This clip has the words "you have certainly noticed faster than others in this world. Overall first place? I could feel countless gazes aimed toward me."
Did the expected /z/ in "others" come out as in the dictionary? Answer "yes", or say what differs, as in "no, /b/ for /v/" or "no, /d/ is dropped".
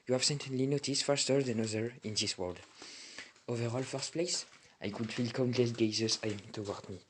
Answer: no, /z/ is dropped